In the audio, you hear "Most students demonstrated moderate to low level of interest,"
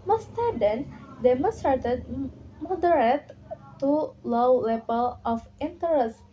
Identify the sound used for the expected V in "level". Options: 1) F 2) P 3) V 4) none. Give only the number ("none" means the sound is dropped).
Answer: 2